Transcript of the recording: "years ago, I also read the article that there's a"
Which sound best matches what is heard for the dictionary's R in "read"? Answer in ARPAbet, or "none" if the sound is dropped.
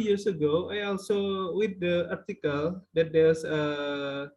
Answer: W